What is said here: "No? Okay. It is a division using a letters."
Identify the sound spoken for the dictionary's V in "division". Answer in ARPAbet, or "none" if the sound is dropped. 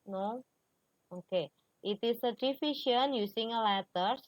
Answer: F